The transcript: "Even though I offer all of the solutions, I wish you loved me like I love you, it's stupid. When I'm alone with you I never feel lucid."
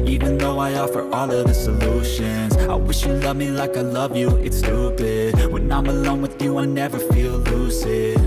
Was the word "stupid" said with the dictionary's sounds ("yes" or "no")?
no